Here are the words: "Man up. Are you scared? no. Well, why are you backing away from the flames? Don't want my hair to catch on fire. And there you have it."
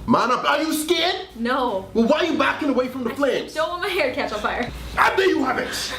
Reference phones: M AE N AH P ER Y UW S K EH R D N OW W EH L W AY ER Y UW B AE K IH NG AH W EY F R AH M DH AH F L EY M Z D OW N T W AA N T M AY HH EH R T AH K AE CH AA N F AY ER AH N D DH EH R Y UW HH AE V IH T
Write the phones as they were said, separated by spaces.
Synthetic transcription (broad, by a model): M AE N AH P ER Y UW S K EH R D N OW W EH L W AY ER Y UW B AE K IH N AH W EY F R AH M DH AH P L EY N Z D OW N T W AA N M AY HH EH R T K AE CH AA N F AY ER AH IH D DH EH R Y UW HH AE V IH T